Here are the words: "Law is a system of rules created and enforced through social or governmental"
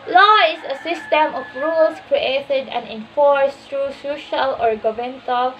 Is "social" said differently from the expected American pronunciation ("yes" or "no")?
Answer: no